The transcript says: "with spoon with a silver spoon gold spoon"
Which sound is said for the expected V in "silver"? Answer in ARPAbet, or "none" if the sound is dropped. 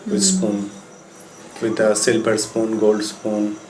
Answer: P